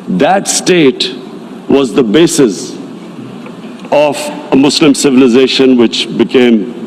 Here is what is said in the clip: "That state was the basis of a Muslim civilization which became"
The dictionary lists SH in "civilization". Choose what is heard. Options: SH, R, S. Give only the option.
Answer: SH